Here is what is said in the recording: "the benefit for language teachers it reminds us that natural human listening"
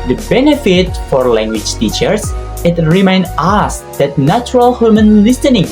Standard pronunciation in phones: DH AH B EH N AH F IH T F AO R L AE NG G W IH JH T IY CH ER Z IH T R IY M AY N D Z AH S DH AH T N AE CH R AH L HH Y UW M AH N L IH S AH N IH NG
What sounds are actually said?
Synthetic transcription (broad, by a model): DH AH B EH N AH F IH T F AO R L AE NG G W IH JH T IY CH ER S IH T R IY M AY N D AH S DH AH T N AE CH R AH L HH Y UW M AH N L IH S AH N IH NG